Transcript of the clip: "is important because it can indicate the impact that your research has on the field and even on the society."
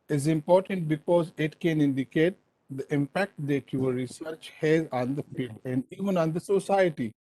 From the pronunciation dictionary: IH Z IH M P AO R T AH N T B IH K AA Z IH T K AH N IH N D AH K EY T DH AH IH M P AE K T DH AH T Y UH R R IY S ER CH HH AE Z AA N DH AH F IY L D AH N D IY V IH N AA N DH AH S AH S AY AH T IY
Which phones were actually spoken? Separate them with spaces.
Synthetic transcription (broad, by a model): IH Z IH M P AO R T AH N T B IH K AA Z IH T K AH N IH N D AH K EY T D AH IH M P AE K T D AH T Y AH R R IY S ER CH HH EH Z AA N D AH F IY L D AH N D IY V IH N AA N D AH S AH S AY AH T IY